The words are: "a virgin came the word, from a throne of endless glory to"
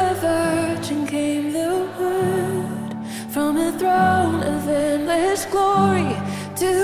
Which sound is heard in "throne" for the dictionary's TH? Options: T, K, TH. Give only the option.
TH